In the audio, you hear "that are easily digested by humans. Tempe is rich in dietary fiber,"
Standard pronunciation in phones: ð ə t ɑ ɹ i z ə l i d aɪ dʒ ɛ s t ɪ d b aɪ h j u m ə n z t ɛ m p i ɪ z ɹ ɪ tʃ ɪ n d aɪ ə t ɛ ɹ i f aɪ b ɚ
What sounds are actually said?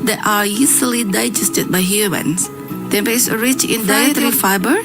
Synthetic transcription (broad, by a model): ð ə t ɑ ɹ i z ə l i d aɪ dʒ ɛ s t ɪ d b aɪ h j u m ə n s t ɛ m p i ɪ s ɹ ɪ tʃ ɪ n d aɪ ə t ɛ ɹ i f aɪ b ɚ